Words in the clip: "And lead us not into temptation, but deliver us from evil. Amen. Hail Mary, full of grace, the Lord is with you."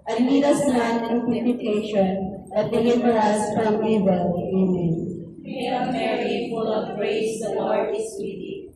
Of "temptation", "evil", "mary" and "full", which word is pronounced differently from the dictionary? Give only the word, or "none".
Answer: temptation